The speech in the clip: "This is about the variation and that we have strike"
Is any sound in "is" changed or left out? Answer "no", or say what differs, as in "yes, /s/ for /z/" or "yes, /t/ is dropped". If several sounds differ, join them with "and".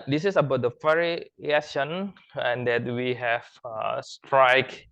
yes, /s/ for /z/